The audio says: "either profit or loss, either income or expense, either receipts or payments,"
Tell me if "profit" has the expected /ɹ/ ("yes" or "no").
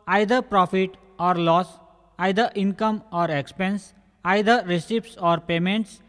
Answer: yes